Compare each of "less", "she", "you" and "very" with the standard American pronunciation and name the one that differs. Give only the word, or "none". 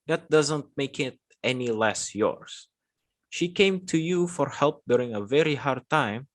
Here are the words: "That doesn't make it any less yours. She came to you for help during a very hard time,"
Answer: none